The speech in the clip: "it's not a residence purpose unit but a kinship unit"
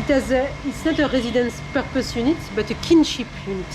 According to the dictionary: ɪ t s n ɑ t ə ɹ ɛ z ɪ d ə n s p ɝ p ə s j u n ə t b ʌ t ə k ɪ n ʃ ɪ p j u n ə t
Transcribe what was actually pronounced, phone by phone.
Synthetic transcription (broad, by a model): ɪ t s n ɑ t ə ɹ ɛ z ɪ d ə n s p ɝ p ə s j u n ə t b ʌ t ə k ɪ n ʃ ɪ p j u n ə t